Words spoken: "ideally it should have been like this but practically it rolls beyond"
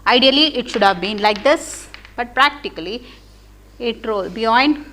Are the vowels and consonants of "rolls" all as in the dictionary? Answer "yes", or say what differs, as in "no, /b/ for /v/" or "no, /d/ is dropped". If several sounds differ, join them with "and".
no, /z/ is dropped